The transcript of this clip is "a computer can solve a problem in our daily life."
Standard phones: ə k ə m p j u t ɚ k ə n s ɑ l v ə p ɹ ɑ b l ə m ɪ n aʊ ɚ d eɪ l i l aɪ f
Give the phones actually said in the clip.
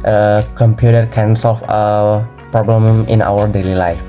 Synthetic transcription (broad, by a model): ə k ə m p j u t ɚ k ə n s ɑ l f ə p ɹ ɑ b l ə m ɪ n aʊ ɚ d eɪ l i l aɪ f